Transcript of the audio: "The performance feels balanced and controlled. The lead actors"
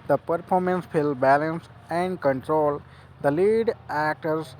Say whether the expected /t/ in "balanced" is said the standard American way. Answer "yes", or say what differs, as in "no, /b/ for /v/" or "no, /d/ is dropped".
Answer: no, /t/ is dropped